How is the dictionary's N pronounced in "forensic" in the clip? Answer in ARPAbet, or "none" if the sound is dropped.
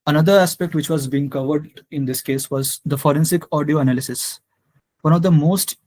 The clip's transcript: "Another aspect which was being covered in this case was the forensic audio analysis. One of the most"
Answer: N